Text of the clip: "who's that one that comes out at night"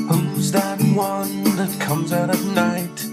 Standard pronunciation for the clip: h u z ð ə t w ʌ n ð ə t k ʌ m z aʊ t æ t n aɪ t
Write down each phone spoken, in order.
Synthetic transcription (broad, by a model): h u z ð ə t w ʌ n ð ə t k ʌ m z aʊ t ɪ n aɪ t